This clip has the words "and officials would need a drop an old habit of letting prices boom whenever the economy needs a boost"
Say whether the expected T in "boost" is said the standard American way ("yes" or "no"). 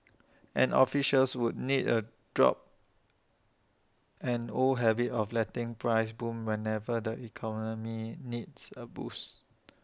no